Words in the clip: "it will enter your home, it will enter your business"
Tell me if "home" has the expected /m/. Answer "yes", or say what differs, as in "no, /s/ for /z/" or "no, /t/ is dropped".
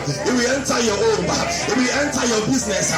no, /m/ is dropped